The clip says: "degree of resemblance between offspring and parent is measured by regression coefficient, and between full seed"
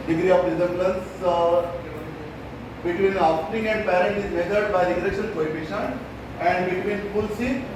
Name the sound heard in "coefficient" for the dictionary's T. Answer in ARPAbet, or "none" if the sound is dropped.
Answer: none